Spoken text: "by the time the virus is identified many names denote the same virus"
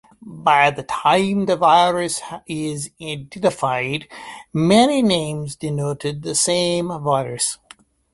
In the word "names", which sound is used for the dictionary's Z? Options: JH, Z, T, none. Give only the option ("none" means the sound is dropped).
Z